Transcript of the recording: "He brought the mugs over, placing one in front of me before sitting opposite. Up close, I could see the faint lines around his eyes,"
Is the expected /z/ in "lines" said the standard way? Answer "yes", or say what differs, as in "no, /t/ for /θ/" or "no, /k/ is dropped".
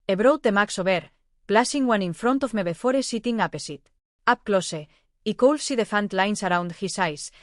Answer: no, /s/ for /z/